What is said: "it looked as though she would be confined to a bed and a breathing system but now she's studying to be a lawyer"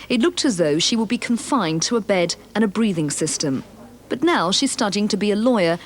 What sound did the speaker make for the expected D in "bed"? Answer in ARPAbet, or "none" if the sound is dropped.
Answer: D